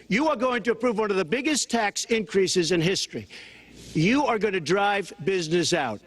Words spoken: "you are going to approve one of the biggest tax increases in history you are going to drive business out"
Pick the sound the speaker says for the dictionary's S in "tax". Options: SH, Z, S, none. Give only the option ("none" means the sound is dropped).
S